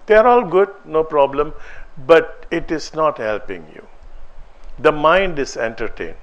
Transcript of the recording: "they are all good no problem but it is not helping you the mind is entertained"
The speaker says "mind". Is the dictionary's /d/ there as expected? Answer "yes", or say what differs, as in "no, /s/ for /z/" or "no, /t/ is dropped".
yes